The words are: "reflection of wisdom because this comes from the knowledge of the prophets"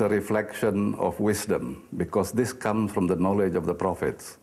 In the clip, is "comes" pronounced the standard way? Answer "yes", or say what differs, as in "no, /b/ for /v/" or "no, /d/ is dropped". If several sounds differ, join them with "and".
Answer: no, /s/ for /z/